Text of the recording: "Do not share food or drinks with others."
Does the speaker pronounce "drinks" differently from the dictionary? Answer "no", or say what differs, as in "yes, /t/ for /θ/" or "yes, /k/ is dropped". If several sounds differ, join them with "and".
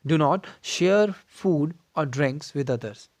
no